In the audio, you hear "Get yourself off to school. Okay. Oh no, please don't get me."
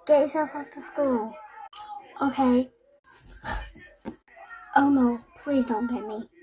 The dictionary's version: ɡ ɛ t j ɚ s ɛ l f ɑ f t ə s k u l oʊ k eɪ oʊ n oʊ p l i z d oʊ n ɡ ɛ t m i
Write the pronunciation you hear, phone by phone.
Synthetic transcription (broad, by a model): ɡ ɛ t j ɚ s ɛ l f ɑ f t ə s k u l oʊ k eɪ oʊ n oʊ p l i z d oʊ n ɡ ɛ t m i